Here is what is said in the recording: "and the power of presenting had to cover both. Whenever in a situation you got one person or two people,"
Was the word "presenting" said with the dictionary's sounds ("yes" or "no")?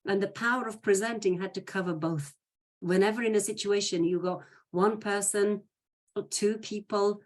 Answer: yes